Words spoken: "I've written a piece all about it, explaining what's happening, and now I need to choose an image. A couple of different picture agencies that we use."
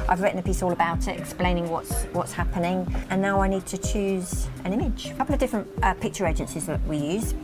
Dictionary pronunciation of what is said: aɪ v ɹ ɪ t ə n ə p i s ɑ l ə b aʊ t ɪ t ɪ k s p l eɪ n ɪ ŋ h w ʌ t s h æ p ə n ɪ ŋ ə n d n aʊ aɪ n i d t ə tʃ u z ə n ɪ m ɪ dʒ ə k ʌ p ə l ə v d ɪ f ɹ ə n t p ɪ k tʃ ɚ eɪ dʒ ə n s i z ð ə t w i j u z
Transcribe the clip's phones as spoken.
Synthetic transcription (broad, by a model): aɪ v ɹ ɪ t n ə p i s ɑ l ə b aʊ t ɪ t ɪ k s p l eɪ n ɪ ŋ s w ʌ t s h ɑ p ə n ɪ ŋ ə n n aʊ aɪ n i d t ə tʃ u z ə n ɪ m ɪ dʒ ə k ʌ p l ə v d ɪ f ɹ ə n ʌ p ɪ k tʃ ɚ eɪ dʒ ə n s i z ð ə t w i j u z